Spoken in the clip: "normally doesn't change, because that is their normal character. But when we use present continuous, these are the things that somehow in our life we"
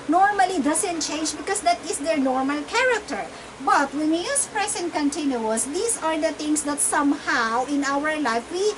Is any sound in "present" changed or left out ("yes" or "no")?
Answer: yes